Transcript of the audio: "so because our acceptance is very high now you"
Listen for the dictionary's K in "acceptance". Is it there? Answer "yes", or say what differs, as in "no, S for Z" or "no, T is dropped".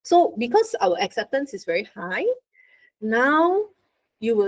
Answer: yes